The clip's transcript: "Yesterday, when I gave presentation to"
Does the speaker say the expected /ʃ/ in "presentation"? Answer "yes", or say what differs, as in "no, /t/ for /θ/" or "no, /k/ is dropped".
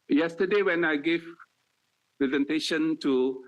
yes